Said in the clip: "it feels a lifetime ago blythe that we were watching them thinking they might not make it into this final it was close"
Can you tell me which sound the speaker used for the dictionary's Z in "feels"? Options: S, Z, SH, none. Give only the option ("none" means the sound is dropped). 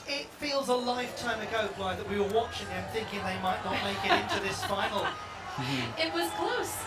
Z